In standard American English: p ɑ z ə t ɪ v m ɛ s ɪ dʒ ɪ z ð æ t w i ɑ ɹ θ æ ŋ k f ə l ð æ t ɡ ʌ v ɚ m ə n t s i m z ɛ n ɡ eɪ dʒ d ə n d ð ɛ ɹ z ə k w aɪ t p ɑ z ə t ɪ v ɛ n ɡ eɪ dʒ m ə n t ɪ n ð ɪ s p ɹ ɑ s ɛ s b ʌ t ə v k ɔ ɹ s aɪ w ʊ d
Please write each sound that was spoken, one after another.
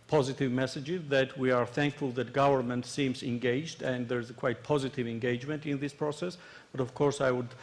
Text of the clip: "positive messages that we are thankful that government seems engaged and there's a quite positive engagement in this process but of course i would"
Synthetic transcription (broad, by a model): p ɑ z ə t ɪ v m ɛ s ɪ dʒ ɪ z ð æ t w i ɑ ɹ θ æ ŋ k f ə l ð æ t ɡ ʌ v ɚ m ə n t s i m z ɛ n ɡ eɪ dʒ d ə n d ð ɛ ɹ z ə k w aɪ t p ɑ z ə t ɪ v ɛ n ɡ eɪ dʒ m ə n t ɪ n ð ɪ s p ɹ ɑ s ɛ s b ʌ t ə v k ɔ ɹ s aɪ w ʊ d